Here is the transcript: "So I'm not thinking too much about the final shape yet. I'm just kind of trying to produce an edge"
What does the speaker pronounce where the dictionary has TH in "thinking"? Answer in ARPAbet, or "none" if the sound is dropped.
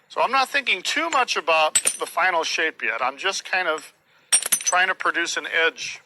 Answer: TH